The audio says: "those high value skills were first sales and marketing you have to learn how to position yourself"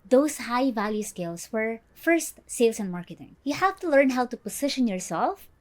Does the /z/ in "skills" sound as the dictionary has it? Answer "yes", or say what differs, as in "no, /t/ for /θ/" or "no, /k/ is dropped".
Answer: no, /s/ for /z/